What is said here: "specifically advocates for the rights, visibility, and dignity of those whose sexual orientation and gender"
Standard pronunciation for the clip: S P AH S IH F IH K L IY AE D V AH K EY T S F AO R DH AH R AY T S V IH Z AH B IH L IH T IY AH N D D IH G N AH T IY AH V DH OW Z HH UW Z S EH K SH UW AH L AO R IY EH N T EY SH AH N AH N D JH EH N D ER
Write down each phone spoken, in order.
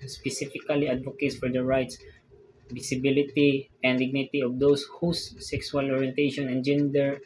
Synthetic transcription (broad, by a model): S P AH S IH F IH K L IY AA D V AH K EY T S F AO R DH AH R AY T S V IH S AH B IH L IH T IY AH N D D IH G N AH T IY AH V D OW S HH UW S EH K S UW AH L AO R IY EH N T EY SH AH N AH N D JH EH N D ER